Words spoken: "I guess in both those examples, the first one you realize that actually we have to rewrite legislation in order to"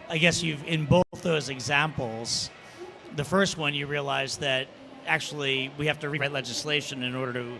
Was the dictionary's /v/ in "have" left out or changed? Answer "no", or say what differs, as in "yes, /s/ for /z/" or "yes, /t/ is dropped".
yes, /f/ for /v/